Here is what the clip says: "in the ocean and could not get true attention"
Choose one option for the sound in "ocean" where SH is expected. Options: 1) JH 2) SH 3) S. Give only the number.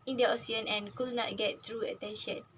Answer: 3